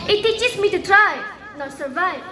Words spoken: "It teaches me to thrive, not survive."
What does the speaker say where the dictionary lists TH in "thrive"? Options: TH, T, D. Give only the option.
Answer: T